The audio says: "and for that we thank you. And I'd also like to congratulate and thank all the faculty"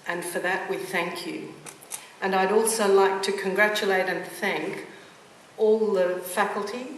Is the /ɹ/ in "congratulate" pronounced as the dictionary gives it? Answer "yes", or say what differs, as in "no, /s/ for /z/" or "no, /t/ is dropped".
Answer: yes